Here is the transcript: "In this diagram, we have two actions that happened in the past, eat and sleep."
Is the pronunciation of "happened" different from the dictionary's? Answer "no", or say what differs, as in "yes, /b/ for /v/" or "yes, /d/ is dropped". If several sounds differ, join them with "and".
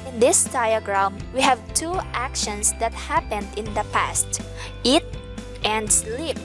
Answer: no